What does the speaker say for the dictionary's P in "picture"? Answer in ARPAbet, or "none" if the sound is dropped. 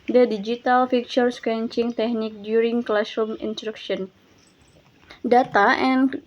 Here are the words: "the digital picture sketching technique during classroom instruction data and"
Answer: F